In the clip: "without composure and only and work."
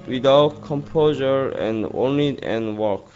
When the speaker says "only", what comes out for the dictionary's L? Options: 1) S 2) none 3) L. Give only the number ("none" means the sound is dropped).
2